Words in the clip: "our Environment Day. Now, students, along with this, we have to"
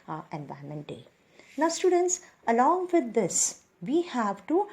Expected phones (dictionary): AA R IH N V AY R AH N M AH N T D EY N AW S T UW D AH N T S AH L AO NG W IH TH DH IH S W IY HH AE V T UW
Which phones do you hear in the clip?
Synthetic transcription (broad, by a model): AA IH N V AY AH M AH N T D EY N AW S T UW D AH N T S AH L AO NG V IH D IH S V IY HH AE V T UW